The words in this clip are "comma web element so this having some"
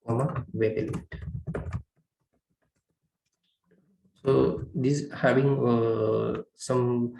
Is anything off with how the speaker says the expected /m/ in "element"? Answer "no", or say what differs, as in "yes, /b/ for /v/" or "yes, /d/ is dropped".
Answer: yes, /m/ is dropped